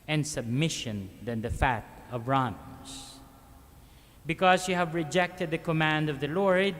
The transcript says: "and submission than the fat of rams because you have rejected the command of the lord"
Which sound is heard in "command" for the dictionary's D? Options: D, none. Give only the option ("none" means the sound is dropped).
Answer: D